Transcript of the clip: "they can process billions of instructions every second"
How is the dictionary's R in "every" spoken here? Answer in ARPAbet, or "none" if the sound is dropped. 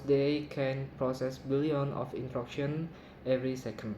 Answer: R